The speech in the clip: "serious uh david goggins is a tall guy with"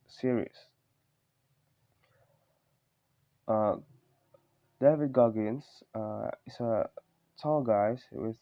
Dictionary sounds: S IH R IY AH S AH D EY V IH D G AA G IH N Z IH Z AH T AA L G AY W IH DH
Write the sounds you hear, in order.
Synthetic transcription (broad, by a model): S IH R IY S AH D EY V IH D G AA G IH N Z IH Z AH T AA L G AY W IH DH